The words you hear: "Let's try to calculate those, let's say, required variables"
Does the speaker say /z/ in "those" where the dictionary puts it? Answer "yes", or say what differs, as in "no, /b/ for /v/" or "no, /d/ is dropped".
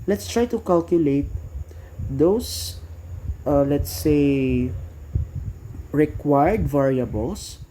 no, /s/ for /z/